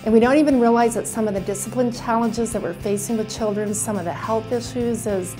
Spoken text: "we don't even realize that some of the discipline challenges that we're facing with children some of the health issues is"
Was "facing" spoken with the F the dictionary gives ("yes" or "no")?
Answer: yes